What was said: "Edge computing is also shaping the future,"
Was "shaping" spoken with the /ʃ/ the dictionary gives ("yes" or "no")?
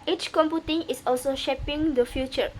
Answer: yes